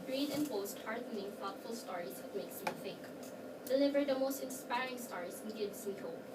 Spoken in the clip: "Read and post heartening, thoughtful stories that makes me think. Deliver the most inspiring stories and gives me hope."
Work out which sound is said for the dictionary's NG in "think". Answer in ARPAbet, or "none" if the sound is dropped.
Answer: none